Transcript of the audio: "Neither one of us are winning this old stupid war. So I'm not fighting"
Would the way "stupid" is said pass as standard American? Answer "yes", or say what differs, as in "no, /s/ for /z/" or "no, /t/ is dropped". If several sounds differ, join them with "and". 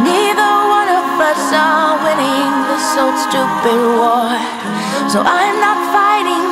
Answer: no, /b/ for /p/